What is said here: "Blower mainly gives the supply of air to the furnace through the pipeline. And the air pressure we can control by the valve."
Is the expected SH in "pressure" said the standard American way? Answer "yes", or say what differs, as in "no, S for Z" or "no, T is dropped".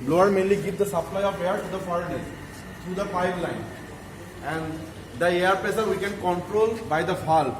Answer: no, S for SH